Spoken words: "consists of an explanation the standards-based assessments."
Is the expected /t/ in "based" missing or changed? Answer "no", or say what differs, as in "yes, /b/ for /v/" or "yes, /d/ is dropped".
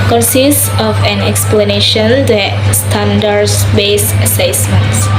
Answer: yes, /t/ is dropped